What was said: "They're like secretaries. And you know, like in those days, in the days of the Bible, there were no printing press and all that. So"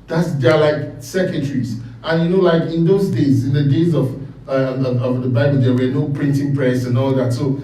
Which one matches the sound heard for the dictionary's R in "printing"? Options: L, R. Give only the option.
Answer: R